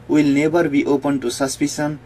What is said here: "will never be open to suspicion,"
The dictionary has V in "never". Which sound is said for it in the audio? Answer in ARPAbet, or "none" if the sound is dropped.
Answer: B